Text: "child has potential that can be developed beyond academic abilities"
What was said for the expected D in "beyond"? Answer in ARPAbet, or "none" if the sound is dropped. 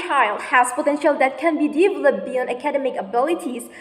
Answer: none